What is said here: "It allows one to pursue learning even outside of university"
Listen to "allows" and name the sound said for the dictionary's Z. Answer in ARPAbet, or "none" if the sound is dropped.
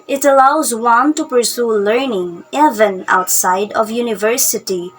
Z